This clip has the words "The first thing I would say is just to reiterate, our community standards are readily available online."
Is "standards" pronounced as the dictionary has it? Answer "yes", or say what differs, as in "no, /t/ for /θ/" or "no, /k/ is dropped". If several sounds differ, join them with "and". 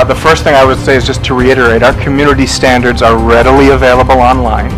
yes